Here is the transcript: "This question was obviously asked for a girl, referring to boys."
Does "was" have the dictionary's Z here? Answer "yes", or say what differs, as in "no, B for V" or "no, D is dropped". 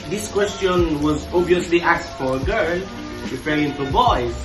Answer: yes